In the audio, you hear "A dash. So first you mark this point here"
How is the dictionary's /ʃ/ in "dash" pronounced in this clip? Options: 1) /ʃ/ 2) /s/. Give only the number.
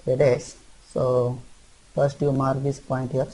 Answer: 2